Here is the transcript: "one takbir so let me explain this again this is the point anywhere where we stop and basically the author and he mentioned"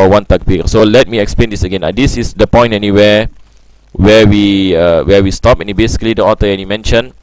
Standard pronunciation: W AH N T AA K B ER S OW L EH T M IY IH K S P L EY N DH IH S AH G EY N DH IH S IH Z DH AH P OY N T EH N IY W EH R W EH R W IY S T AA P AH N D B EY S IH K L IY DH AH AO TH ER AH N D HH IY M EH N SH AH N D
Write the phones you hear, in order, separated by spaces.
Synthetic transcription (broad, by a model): W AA N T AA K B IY S OW L EH T M IY IH K S P L EY N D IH S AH G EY N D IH S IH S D AH P OY N T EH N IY W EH W W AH W W IY S T AA P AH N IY B EY S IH K L IY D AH AO T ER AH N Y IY M EH N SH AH N